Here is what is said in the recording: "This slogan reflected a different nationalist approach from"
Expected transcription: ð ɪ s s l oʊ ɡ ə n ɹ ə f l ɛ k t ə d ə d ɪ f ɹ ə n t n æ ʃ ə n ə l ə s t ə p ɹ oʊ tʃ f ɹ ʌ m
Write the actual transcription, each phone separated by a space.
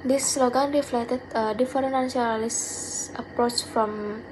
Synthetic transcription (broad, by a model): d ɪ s s l oʊ ɡ ə n ɹ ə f l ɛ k t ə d ə d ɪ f ə t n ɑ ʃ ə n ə l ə s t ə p ɹ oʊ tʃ f ɹ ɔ m